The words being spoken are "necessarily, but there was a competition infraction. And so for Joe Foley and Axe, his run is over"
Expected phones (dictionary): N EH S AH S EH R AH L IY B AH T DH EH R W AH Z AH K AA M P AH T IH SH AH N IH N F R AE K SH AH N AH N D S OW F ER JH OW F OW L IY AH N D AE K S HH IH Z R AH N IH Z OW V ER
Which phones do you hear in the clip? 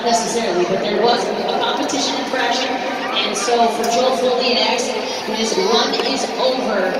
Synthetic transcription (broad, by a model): N EH S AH S EH R L IY B AH T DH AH R W AH Z AH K AA M P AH T IH SH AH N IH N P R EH SH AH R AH N S OW F ER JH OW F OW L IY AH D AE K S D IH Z W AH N IH Z OW V ER